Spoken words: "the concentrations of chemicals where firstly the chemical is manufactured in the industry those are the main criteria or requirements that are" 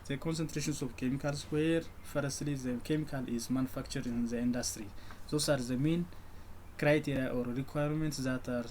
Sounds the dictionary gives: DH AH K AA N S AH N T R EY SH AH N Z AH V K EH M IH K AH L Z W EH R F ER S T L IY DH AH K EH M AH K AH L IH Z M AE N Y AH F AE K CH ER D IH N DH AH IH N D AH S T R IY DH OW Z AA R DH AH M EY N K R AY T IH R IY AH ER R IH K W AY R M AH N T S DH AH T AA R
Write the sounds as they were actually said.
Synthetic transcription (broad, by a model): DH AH K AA N S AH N T R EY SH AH N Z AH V K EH M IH K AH L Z W EH R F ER S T L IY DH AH K EH M AH K AH L IH Z M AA N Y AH F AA K CH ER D IH N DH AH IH N D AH S T R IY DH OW S AA R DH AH M EY N K R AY T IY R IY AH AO R IH K W AY R M AH N T S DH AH T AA R